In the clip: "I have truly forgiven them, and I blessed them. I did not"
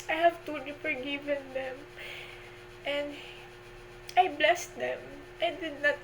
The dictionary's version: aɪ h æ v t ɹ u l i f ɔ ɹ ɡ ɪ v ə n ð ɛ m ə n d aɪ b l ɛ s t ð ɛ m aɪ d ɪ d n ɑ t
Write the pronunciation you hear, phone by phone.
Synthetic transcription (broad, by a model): aɪ h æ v t u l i f ɔ ɹ ɡ ɪ v ə n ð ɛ m ə n d aɪ b l ɛ s t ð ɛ m aɪ d ɪ d n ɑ t